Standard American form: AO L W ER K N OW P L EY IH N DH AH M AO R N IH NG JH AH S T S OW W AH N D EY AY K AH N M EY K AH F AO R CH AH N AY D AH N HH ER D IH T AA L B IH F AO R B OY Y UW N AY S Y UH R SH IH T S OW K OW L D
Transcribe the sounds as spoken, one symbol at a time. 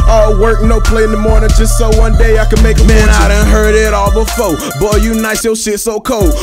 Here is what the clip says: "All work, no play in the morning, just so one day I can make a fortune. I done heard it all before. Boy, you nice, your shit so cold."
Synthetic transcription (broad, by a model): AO W ER K N OW P L EY IH N DH AH M AO R N IH NG JH AH S T S OW W AH N D EY AY K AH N M EY K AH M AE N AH AY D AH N HH ER D IH T AA L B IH F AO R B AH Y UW N AY S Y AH L SH IH T S OW K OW L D